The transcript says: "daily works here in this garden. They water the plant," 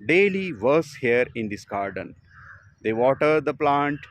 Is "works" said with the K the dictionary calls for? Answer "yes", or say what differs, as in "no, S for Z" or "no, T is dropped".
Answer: no, K is dropped